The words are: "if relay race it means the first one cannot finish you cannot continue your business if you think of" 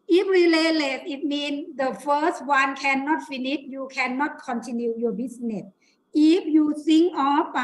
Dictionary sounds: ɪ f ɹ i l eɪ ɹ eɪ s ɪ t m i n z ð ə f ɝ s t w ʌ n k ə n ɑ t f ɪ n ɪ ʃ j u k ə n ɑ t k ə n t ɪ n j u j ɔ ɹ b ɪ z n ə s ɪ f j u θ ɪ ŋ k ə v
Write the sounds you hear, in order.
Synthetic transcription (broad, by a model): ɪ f ɹ i l eɪ l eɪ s ɪ t m i n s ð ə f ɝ s t w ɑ n k ə n ɑ t f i n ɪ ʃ j u k ə n ɑ t k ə n t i n j u j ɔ b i s n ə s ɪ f j u s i ŋ ə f